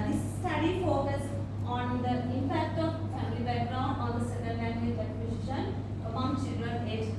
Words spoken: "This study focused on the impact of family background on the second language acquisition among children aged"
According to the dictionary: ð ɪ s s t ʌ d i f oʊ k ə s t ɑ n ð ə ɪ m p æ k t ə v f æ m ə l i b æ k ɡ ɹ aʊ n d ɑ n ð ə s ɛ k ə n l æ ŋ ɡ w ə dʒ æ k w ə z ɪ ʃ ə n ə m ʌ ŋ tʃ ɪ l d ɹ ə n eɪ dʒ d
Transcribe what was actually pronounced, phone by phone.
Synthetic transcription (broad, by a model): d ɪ s s t ʌ d i f oʊ k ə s ɑ n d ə ɪ m p æ k t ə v f æ m ə l i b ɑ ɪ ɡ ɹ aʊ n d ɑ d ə s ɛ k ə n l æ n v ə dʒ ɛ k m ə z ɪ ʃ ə n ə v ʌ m tʃ ɪ l d ɹ ə n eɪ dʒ